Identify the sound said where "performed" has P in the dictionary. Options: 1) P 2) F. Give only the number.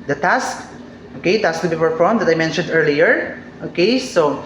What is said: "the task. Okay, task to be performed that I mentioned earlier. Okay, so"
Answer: 2